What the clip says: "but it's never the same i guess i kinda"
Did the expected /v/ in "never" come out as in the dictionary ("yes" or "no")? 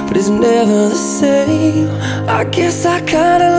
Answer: yes